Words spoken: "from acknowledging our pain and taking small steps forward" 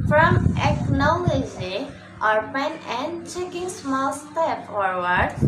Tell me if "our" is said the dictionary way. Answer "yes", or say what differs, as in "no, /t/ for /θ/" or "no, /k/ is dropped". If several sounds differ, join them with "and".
yes